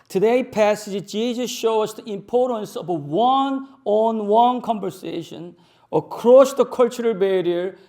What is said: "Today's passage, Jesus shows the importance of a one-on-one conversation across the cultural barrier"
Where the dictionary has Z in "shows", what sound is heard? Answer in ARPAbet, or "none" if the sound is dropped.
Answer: S